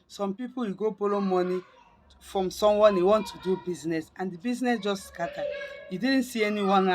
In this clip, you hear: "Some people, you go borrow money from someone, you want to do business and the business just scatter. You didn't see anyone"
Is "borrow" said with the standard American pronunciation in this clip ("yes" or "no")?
no